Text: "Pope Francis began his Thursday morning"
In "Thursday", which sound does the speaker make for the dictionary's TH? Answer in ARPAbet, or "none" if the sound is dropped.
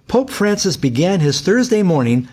TH